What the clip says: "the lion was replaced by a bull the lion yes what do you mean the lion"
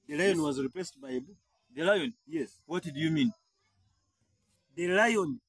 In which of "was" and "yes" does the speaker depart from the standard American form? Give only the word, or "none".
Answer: none